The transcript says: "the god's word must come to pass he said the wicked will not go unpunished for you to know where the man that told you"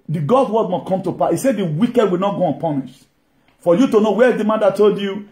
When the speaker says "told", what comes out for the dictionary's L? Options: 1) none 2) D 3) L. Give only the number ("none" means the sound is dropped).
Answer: 3